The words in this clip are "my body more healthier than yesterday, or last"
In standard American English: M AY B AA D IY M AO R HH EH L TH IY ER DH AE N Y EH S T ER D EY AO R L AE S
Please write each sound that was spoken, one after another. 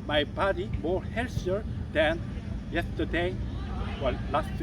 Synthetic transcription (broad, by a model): M AY B AA D IY M AO R HH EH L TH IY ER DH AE N Y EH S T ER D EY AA L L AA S